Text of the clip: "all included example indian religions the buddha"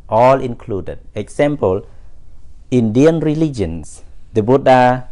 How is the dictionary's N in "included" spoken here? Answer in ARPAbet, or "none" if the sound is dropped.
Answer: N